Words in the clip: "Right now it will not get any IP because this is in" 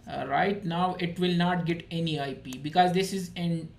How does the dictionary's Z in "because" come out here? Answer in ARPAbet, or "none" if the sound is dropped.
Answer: Z